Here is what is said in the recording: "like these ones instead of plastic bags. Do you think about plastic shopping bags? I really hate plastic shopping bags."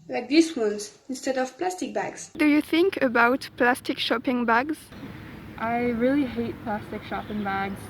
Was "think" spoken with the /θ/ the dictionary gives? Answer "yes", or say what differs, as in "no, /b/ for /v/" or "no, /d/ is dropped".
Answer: yes